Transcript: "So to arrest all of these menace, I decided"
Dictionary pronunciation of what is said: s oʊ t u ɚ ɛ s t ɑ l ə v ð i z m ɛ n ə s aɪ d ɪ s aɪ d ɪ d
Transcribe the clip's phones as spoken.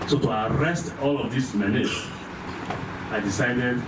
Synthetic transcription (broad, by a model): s oʊ t u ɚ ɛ s t ɑ l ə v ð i s m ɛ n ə aɪ d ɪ s aɪ d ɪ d